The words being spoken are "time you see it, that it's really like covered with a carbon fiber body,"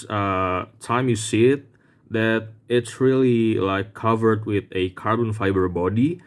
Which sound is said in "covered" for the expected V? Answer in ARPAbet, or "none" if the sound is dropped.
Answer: V